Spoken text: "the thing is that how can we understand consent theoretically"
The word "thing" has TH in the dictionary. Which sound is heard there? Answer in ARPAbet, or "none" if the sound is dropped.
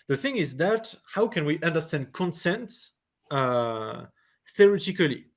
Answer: TH